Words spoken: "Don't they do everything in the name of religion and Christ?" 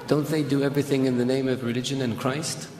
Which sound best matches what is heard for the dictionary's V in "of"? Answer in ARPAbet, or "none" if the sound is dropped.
V